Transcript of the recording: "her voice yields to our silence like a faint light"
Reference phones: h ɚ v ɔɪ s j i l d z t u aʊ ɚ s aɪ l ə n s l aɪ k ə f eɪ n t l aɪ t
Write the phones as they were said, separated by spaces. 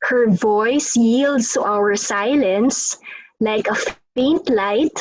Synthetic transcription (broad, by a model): h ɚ v ɔɪ s j i l d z t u aʊ ɚ s aɪ l ə n s l aɪ k ə f eɪ n t l aɪ t